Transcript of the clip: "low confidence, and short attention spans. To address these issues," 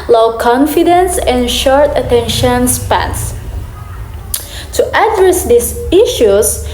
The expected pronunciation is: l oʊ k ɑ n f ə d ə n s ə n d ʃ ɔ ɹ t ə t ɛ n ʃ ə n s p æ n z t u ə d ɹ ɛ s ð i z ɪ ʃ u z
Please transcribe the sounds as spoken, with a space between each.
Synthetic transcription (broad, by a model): l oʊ k ɑ n f ə d ə n s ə n ʃ ɔ ɹ t ə t ɛ n ʃ ə n s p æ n s t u ə d ɹ ɛ s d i s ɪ ʃ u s